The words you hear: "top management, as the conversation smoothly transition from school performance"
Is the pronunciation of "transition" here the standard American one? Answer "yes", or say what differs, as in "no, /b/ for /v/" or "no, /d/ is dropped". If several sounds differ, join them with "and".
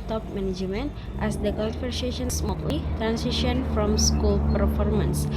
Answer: no, /s/ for /z/